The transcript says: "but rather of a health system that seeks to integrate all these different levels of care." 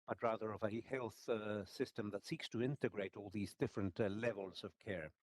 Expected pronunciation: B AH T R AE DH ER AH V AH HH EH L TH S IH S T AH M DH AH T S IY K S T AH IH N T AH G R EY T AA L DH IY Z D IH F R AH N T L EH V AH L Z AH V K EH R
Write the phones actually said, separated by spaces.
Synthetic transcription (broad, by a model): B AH T R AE DH ER AH V AH HH EH L TH S IH S T AH M DH AH T S IY K S T AH IH N T AH G R EY T AA L DH IY Z D IH F R AH N T L EH V AH L Z AH V K EH R